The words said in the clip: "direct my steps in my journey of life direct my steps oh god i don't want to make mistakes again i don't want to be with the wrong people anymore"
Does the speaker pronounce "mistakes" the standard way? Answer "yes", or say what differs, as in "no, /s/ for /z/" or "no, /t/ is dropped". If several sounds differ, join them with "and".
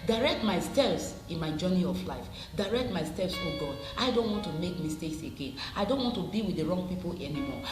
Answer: yes